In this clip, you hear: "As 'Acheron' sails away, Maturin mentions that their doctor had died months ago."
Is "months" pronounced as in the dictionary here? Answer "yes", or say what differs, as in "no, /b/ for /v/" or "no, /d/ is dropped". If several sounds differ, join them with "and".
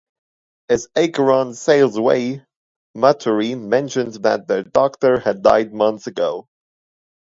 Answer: yes